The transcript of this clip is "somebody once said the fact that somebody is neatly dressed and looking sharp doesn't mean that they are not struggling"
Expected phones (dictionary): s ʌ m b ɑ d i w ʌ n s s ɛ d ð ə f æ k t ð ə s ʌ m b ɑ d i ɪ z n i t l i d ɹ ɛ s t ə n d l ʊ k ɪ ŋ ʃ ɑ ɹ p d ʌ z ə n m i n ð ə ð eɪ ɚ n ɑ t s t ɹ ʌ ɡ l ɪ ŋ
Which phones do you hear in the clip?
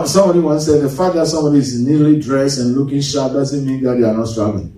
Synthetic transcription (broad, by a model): s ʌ m b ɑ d i w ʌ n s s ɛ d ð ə f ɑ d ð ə s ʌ m b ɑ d i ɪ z n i l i d ɹ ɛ s ə n l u k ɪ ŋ ʃ ɑ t d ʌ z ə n m i n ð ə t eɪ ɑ n ɑ t s t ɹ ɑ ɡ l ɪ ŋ